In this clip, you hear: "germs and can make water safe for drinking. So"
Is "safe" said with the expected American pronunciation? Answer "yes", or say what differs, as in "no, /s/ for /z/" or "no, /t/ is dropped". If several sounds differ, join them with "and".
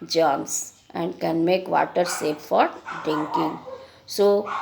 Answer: no, /p/ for /f/